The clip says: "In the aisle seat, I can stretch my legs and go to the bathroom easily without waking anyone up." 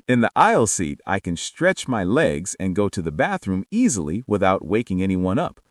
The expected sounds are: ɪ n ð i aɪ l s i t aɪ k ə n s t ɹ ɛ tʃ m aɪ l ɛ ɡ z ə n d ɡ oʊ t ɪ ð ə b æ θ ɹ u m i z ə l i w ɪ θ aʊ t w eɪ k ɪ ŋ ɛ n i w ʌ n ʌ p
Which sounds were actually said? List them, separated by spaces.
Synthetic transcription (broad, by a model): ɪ n ð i aɪ l s i t aɪ k ə n s t ɹ ɛ tʃ m aɪ l ɛ ɡ z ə n ɡ oʊ t ɪ ð ə b æ θ ɹ u m i z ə l i w ɪ θ aʊ t w eɪ k ɪ ŋ ɛ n i w ʌ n ʌ p